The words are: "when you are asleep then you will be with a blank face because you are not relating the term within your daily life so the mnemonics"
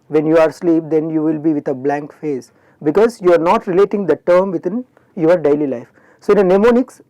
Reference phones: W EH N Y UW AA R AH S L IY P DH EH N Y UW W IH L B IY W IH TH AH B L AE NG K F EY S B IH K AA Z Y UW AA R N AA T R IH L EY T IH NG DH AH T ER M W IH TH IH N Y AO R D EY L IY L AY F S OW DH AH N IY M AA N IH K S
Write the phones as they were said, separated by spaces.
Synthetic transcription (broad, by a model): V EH N Y UW AA R S L IY P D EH N Y UW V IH L B IY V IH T AH B L AE NG K F EY S B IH K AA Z Y UW AA R N AA T R IH L EY T IH NG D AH T ER M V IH T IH N Y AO R D EY L IY L AY F S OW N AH N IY M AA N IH K S